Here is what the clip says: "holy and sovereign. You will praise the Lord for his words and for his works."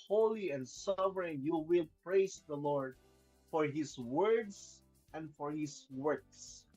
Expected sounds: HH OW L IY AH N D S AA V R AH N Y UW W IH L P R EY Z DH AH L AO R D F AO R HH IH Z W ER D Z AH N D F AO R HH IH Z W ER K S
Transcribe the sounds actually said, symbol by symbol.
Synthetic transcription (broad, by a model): HH OW L IY AH N D S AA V R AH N Y UW W IH L P R EY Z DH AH L AO R D F AO R HH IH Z W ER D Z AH N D F AO R HH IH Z W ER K S